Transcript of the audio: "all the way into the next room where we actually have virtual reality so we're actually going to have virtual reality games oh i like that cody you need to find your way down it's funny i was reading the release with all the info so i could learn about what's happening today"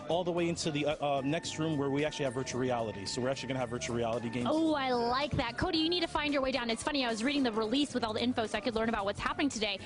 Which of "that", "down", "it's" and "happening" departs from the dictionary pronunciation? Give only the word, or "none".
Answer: none